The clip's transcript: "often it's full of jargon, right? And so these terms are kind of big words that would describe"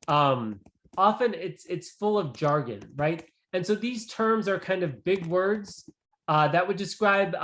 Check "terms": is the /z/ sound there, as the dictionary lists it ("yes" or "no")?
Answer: yes